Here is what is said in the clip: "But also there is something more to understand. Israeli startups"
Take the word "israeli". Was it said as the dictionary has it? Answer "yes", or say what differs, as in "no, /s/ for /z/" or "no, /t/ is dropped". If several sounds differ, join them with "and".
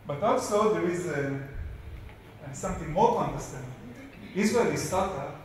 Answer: no, /w/ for /ɹ/ and /l/ is dropped